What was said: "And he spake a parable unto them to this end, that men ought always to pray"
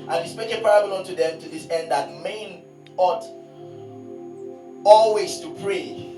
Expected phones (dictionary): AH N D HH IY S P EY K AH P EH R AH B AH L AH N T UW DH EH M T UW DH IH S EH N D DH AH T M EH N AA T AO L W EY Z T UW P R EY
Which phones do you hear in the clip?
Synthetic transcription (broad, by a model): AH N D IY S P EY AH P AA R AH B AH L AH N T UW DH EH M T UW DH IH S EH N D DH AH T M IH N AA T AO L W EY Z T UW P R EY